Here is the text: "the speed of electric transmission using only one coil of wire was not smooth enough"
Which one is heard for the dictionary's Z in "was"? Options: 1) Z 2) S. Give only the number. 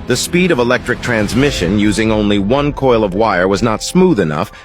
1